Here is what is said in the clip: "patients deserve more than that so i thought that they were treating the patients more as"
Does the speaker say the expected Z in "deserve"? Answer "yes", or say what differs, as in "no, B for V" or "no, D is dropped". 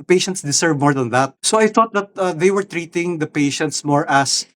no, S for Z